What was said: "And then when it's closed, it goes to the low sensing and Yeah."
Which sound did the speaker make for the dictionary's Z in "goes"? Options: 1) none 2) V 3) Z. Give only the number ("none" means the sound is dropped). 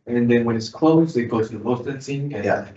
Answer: 1